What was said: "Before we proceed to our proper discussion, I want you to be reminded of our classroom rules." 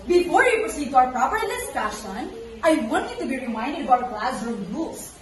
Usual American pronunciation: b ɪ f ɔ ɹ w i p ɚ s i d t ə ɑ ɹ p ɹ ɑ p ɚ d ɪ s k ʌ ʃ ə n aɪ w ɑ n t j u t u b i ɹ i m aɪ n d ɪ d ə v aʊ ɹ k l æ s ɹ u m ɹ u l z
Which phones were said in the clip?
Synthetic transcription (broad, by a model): b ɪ f ɔ ɹ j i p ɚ s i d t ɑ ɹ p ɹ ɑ p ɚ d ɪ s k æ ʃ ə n aɪ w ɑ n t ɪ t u b i ɹ i m aɪ n d ɪ d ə b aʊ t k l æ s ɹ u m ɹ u l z